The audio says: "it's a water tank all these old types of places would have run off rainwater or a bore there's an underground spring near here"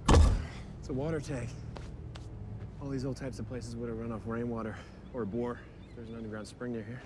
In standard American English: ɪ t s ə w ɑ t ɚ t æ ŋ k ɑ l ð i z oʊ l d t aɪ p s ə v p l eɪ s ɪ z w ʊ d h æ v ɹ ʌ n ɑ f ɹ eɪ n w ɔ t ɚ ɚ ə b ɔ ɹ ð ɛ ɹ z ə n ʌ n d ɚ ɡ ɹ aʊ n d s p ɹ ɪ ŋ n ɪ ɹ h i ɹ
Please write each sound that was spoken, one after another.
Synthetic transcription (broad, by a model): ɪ t s ə w ɑ t ɚ t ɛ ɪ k ɑ l ð i z oʊ l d t aɪ p s ə v p l eɪ s ɪ z w ʊ d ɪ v ɹ ʌ n ɑ f ɹ eɪ n w ɔ t ɚ ɚ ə b ɔ ɹ ð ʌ ɹ z n ʌ n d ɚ ɡ ɹ aʊ n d s p ɹ ɪ ŋ n ɪ ɹ h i ɹ